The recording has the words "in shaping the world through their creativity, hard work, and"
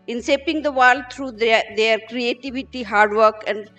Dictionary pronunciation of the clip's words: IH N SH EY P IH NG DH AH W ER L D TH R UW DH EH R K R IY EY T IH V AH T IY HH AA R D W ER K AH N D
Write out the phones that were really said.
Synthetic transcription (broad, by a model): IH N S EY P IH NG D AH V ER L D T R UW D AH R K R IY EY T IH V AH T IY HH AA R D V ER K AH N D